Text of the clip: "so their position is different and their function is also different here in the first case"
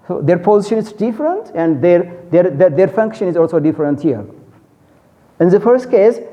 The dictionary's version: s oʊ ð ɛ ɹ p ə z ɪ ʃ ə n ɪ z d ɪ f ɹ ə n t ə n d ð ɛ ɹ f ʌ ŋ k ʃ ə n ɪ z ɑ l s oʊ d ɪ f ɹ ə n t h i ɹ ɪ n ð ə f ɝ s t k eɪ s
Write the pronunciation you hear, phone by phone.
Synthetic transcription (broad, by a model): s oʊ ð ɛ ɹ p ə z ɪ ʃ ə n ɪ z d ɪ f ɹ ə n t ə n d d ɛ ɹ f ʌ ŋ k ʃ ə n ɪ z ɑ l s oʊ d ɪ f ɹ ə n t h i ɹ ɪ n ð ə f ɝ s t k eɪ s